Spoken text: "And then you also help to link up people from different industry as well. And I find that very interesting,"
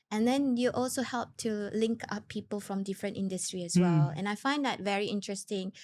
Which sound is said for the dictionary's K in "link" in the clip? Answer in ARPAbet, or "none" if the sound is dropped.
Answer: K